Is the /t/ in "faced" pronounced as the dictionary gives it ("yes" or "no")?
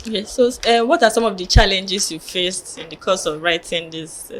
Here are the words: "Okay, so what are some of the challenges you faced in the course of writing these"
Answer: yes